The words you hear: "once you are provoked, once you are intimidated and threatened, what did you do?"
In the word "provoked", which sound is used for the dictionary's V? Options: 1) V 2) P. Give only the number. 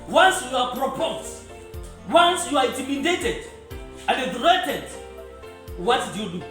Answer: 2